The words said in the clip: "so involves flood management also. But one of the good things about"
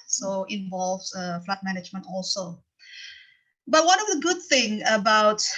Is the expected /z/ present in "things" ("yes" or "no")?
no